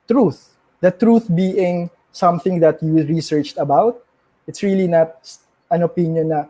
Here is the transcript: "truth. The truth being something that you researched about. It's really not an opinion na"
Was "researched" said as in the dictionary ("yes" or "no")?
yes